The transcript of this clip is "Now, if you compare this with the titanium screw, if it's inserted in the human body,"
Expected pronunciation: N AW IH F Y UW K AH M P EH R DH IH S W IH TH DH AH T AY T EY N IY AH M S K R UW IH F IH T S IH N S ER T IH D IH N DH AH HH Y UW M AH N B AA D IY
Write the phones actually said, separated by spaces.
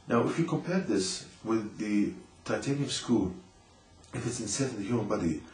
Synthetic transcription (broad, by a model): N AW IH F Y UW K AH M P EH R DH IH S W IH DH AH T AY T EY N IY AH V S K UW IH F IH T S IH N S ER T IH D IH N DH AH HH Y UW M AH N B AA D IY